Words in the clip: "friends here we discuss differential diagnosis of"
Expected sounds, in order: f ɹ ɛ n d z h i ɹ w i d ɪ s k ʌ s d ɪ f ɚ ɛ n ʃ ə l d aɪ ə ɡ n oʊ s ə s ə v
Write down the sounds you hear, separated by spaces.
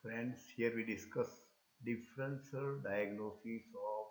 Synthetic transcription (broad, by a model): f ɹ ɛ n d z h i ɹ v i d ɪ s k ʌ s d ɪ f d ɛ n s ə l d aɪ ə ɡ n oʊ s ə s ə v